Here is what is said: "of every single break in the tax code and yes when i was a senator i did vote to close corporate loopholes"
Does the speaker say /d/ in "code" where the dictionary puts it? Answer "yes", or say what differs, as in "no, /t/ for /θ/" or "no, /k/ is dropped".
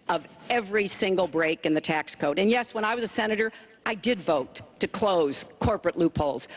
yes